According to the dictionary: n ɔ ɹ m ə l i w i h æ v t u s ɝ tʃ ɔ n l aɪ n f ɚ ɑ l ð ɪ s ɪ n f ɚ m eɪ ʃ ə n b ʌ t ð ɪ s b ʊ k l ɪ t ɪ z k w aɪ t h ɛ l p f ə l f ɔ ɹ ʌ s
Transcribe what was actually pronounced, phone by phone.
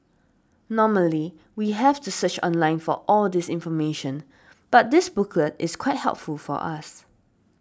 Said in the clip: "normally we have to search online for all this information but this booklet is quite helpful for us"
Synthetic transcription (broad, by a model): n ɔ m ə l i w i h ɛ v t u s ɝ tʃ ɔ n l aɪ n f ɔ ɑ l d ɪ s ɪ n f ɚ m eɪ ʃ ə n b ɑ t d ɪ s b ʊ k l ɪ t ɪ s k w aɪ t h ɛ l p f ə l f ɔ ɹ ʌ s